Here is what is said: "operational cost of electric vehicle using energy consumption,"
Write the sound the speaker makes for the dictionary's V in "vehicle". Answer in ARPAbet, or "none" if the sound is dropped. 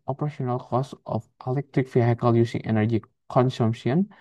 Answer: F